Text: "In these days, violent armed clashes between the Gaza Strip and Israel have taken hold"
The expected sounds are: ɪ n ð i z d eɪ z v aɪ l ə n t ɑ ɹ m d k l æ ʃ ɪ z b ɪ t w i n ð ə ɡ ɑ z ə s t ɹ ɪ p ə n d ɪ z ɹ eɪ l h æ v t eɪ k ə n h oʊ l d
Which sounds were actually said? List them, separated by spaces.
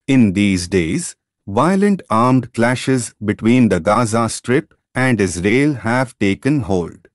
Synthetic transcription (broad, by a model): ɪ n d i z d eɪ z v aɪ l ə n t ɑ ɹ m d k l æ ʃ ɪ z b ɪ t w i n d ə ɡ ɑ z ə s t ɹ ɪ p ə n d ɪ z ɹ eɪ l h æ v t eɪ k ə n h oʊ l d